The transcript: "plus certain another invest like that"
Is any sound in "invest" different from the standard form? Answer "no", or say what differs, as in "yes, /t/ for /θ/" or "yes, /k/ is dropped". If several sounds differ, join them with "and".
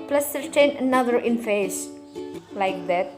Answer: yes, /f/ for /v/